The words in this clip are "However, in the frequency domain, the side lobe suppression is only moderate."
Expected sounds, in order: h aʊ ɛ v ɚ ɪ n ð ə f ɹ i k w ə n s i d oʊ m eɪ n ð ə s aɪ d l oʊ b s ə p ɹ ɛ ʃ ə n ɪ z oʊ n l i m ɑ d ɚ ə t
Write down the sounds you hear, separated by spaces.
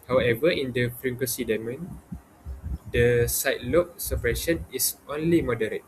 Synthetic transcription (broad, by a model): h aʊ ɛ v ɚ ɪ n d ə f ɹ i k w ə s i d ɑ m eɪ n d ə s aɪ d l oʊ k s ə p ɹ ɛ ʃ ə n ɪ s oʊ n l i m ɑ d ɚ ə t